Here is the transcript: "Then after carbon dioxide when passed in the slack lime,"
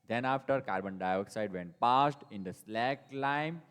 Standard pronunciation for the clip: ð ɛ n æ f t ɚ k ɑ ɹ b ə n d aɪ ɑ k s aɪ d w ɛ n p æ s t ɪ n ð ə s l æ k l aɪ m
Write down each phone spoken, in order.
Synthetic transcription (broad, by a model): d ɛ n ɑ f t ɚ k ɑ ɹ b ə n d aɪ ɑ k s aɪ d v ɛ n p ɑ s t ɪ n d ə s l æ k l aɪ m